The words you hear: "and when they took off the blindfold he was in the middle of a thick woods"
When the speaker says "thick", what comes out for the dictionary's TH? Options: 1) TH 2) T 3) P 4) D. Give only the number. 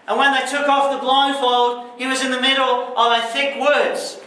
1